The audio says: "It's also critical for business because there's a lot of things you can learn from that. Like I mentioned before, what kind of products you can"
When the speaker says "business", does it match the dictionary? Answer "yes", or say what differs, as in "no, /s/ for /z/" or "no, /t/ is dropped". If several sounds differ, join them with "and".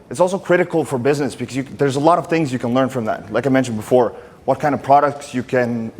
yes